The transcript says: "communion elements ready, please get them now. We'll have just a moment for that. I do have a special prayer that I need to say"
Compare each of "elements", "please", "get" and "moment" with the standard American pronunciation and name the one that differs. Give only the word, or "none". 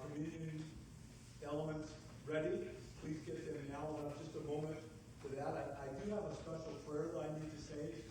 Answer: none